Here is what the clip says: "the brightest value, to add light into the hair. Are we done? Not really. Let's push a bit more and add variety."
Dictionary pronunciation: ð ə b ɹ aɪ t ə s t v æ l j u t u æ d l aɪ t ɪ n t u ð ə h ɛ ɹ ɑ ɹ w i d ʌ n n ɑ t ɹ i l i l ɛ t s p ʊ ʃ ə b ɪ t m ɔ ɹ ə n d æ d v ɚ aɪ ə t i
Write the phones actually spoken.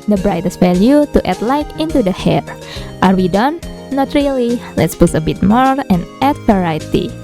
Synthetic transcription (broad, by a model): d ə b ɹ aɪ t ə s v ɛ l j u t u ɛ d l aɪ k ɪ n t u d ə h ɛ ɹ ɑ ɹ w i d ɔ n n ɑ t ɹ i l i l ɛ t s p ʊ s ə b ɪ t m ɔ ɹ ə n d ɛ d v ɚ aɪ t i